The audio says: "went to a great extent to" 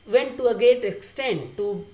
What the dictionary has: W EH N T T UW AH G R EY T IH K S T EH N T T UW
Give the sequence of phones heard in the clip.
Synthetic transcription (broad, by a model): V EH N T T UW AH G EY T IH K S T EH N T T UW